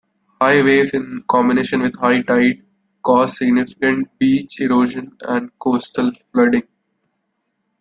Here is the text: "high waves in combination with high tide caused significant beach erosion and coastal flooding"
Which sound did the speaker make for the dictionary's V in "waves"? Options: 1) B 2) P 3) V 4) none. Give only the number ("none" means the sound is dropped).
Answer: 4